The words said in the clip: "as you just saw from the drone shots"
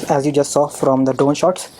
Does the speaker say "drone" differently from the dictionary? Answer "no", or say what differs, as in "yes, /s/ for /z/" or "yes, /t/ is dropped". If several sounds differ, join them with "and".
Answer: yes, /ɹ/ is dropped